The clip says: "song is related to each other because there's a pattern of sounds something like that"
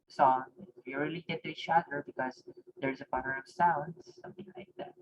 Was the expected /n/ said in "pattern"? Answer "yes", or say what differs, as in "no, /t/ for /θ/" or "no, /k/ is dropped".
no, /n/ is dropped